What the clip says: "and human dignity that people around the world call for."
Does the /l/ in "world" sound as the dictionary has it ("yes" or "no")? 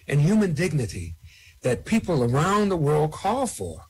yes